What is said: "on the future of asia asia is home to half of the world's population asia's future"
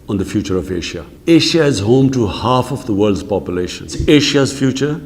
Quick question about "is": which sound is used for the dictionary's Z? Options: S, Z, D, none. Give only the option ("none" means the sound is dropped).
Z